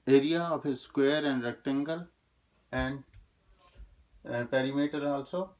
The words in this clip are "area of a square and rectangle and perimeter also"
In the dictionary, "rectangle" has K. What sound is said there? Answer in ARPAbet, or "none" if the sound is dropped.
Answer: K